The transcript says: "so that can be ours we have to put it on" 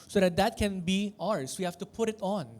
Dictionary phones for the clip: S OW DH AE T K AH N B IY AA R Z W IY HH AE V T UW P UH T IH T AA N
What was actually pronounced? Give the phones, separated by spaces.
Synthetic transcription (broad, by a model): S OW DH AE T K AH N B IY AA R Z W IY HH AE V T UW P UH T IH T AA N